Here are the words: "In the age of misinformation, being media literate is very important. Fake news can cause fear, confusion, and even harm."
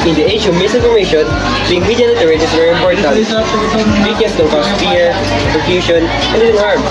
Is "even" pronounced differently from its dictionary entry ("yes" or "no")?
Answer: yes